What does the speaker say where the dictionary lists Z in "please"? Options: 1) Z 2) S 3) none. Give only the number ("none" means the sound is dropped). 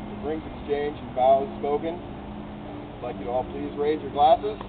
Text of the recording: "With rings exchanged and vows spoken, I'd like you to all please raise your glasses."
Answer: 1